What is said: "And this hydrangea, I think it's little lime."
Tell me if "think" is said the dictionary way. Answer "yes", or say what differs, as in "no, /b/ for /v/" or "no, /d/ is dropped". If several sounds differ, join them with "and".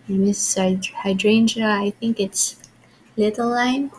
yes